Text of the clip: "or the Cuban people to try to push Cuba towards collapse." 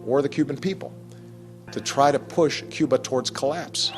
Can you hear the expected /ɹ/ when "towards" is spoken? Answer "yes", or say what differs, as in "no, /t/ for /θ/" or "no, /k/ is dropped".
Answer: yes